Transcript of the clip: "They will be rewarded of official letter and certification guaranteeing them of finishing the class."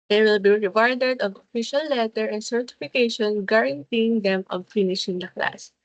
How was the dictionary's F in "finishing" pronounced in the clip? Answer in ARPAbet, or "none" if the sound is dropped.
F